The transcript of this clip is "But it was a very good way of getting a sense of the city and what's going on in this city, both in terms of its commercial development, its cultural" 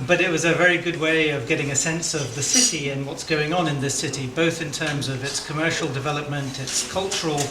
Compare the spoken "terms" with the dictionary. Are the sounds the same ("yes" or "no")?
yes